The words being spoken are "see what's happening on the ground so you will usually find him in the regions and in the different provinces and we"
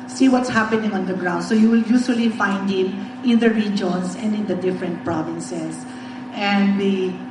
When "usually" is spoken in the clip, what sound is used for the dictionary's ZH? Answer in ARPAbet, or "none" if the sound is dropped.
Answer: S